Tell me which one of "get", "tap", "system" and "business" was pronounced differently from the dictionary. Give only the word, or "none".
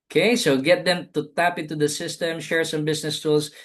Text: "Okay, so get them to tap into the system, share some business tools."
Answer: business